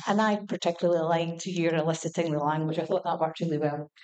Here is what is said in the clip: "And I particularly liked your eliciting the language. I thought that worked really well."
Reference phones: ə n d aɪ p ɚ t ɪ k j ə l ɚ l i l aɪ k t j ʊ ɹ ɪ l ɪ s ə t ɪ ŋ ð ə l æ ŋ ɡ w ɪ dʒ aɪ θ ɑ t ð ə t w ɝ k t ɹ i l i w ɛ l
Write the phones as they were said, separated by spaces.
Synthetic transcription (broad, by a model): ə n aɪ p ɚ t ɪ k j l ɚ l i l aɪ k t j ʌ ɹ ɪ l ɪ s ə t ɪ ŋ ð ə l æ ŋ ɡ w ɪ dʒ aɪ θ ɑ t ð ə t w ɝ t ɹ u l i w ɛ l